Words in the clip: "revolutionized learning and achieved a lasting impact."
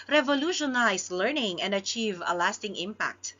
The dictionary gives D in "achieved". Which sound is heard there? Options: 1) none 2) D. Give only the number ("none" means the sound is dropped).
1